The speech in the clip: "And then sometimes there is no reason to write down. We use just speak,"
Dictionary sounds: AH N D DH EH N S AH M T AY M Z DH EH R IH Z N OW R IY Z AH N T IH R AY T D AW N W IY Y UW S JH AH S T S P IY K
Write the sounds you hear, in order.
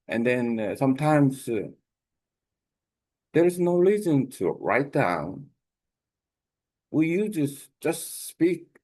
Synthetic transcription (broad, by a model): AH N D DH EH N S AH M T AY M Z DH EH R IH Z N OW L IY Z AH N T IH R AY T D AW N W IY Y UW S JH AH S T S P IY K